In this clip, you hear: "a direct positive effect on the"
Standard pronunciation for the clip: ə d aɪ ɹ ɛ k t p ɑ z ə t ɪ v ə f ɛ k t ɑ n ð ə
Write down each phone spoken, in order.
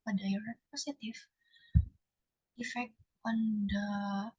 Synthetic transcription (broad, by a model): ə d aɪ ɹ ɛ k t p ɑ s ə t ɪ f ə f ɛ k ɑ n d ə